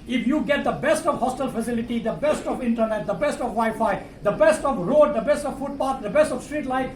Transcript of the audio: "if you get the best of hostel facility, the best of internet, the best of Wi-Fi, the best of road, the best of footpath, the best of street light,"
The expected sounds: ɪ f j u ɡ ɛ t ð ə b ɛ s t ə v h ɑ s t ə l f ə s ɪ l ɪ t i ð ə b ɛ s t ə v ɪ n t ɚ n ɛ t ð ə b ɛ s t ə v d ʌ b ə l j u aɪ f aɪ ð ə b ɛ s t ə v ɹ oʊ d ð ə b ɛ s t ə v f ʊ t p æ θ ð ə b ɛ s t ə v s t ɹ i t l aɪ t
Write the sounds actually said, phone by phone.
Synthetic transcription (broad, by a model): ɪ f j u ɡ ɛ t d ə b ɛ s t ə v h ɑ s t ə l f ə s ɪ l ɪ t i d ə b ɛ s t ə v ɪ n t ɚ n ɛ t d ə b ɛ s t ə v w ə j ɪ f aɪ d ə b ɛ s t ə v ɹ oʊ d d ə b ɛ s t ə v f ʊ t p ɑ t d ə b ɛ s t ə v s t ɹ i t l aɪ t